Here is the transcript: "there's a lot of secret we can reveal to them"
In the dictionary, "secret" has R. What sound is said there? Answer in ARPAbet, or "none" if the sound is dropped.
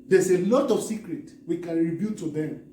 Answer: R